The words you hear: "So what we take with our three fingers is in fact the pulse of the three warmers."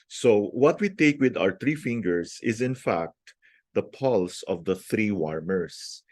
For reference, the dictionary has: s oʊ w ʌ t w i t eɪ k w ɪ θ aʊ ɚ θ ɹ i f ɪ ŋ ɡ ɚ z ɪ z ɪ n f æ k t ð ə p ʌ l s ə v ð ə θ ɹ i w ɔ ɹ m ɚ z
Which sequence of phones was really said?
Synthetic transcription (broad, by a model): s oʊ w ʌ t w i t eɪ k w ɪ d aʊ ɚ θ ɹ i f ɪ ŋ ɡ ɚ s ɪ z ɪ n f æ k t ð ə p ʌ l s ə v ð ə θ ɹ i w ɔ ɹ m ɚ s